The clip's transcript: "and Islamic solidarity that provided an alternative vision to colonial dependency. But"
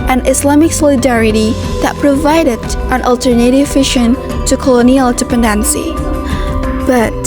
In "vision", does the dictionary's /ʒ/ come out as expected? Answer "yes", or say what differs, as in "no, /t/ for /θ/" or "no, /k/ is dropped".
no, /ʃ/ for /ʒ/